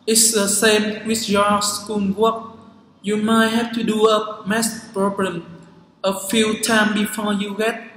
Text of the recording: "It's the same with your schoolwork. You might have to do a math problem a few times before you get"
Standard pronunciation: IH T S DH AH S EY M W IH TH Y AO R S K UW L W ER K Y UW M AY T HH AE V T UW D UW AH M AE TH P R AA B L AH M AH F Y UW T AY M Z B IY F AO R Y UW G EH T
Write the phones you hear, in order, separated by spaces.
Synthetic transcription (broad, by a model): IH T S DH AH S EY M W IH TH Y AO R S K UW N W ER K Y UW M AY T HH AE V T UW D UW AH M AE S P R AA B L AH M AH F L T AY M B IY F AO R Y UW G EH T